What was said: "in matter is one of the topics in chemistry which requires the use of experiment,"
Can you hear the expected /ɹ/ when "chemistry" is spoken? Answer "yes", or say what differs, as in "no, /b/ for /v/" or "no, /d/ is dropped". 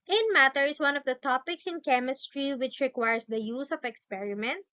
yes